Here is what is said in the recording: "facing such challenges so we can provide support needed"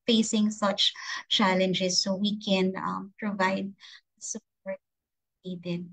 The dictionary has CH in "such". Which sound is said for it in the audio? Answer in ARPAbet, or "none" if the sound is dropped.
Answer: CH